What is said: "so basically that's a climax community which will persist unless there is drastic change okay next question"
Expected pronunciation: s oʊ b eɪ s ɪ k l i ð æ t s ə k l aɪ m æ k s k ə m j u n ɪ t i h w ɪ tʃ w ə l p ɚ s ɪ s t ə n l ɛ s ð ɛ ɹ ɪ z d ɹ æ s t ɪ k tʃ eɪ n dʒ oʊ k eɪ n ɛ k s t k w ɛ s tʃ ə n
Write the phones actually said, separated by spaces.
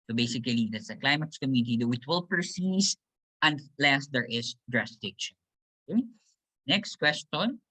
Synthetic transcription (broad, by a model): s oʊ b eɪ s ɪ k l i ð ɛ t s ə k l aɪ m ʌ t s k ə m j u n ɪ t i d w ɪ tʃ w ə l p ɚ s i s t ə n l ɛ s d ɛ ɹ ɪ s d ɹ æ s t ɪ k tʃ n oʊ k eɪ n ɛ k s t k w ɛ s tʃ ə n